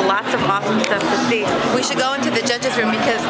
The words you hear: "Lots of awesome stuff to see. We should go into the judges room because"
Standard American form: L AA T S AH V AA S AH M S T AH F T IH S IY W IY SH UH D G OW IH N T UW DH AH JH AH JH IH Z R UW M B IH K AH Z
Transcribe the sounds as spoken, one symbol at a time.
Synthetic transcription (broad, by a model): L AA T S AH V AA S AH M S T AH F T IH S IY W IY SH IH D G OW IH N T UW DH AH JH AH JH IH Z R UW M B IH K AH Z